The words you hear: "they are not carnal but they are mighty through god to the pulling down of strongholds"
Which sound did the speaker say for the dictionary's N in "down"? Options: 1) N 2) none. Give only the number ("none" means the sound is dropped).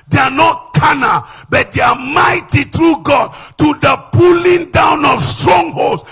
1